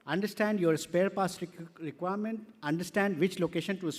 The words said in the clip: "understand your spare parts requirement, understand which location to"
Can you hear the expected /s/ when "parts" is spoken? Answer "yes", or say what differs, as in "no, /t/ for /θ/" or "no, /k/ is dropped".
no, /s/ is dropped